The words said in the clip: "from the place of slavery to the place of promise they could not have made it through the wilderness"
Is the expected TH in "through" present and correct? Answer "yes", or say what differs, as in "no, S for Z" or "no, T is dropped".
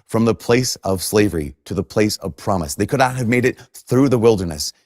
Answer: yes